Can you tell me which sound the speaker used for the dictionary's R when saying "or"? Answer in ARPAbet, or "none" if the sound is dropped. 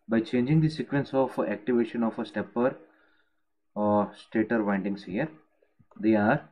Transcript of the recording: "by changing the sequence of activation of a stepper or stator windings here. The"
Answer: R